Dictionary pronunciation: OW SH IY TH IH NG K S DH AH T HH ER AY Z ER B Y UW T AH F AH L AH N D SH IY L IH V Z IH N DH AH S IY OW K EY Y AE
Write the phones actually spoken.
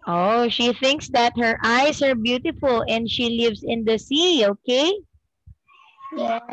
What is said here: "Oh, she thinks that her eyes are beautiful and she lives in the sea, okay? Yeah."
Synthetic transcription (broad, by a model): OW SH IY TH IH NG K S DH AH T HH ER AY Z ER B Y UW T AH F AH L AH N D SH IY L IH V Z IH N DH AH S IY OW K EY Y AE